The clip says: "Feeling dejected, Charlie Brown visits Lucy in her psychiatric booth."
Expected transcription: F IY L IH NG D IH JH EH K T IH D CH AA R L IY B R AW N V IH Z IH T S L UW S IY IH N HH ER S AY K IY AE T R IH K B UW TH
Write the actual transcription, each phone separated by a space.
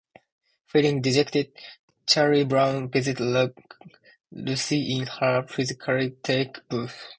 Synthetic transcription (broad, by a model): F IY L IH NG D IH JH EH K T IH D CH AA R IY B R AW N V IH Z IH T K L UW S IY IH N HH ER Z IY K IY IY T IH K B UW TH